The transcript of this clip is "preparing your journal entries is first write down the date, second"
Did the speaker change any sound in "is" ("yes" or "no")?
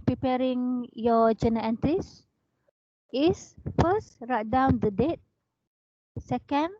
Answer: yes